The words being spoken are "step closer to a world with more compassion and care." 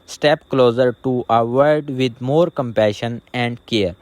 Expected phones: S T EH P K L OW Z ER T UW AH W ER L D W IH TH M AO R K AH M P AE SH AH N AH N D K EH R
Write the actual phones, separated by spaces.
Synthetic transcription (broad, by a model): S T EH P K L OW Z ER T UW AH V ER D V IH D M AO R K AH M P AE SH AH N AH N D K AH R